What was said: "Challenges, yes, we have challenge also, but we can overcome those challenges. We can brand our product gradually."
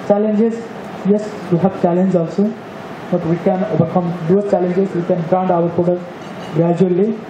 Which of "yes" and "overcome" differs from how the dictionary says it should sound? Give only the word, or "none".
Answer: overcome